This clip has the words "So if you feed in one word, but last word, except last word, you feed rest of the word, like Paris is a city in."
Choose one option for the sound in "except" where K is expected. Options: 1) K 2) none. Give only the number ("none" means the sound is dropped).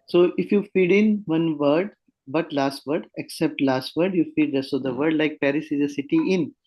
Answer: 1